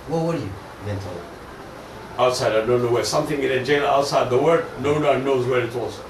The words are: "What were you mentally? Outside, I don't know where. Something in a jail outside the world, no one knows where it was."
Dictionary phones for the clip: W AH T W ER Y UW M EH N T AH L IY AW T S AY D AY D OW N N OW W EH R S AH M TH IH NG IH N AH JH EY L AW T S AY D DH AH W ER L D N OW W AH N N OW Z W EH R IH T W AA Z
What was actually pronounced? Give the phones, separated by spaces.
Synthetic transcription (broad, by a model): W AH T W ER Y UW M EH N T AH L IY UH T S AY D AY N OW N N OW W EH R S AH M TH IH NG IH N AH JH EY N AW T S AY D DH AH W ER D N OW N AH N N OW Z W EH R IH T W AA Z